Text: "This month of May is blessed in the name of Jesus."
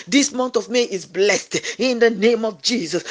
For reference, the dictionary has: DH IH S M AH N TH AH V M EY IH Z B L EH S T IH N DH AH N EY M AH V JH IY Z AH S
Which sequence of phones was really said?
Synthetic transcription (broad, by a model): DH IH S M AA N T AH V M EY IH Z B L EH S T IH N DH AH N EY M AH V JH IY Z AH S